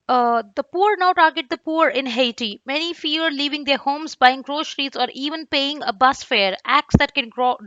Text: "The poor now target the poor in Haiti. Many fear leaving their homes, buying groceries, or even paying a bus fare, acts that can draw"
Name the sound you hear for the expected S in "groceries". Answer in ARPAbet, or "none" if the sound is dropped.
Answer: SH